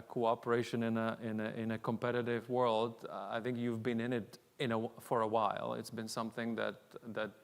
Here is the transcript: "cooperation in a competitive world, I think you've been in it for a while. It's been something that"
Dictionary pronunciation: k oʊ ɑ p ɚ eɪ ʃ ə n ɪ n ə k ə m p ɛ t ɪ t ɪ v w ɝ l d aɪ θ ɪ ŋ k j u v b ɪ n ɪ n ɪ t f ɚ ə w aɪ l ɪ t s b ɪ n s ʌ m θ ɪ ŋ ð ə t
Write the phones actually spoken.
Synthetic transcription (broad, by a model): k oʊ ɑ p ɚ eɪ ʃ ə n ɪ n ə k ə m p ɛ t ɪ t ɪ v w ɝ l d aɪ θ ɪ ŋ k j u v b ɪ n ɪ n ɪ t f ɚ ə w aɪ l ɪ t s b ɪ n s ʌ m θ ɪ ŋ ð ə t